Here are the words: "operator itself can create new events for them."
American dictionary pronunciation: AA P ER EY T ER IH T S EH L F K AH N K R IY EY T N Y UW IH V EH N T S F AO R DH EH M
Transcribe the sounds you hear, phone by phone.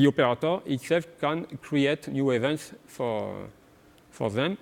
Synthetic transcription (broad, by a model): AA P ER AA T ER IH T S EH L F K AH N K R IY EY T N Y UW IH V EH N T S F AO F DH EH M